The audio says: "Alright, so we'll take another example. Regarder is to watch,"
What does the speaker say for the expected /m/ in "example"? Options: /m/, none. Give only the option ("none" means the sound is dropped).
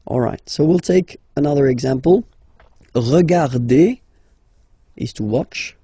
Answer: /m/